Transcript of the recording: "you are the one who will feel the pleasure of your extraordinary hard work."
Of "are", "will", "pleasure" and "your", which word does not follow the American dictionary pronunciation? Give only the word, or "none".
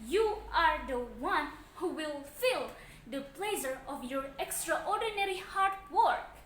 pleasure